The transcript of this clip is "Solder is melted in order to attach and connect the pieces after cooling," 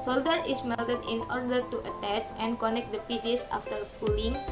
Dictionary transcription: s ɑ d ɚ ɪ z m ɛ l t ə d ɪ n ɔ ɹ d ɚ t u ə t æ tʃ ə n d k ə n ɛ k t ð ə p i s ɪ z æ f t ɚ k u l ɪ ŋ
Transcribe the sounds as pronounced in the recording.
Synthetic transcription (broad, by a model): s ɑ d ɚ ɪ s m ɛ l t ə d ɪ n ɔ ɹ d ɚ t u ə t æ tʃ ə n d k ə n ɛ k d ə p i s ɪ s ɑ f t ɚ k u l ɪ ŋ